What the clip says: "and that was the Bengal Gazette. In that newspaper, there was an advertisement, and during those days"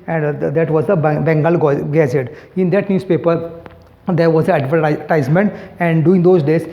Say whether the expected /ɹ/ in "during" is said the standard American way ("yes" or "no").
no